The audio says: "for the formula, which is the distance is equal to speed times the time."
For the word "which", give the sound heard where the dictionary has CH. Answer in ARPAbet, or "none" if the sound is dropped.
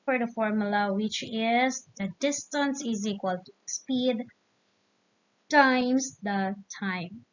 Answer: CH